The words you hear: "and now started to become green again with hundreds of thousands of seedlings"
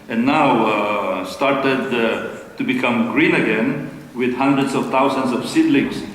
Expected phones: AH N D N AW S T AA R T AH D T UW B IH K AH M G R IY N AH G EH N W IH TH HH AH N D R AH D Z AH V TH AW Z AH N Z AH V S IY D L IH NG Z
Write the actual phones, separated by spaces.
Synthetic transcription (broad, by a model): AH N N AW S T AA R T AH D T UW B IH K AH M G R IY N AH G EH N W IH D HH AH N D R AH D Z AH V T AW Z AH N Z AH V S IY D L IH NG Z